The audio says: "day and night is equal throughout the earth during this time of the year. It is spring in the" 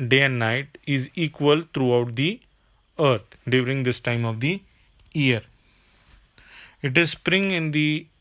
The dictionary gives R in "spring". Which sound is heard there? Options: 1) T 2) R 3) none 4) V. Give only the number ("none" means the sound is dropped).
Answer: 2